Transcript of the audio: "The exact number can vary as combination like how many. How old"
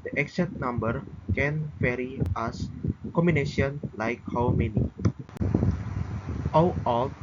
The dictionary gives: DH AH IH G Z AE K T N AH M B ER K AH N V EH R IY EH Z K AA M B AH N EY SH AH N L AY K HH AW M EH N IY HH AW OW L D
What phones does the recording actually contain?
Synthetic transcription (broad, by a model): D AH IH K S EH T N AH M B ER K AH N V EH R IY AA S K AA M B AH N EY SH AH N L AY K HH AW M EH N IY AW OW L